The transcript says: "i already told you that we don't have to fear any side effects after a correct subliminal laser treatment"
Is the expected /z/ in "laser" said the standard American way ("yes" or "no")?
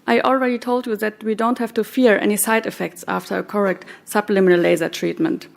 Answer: yes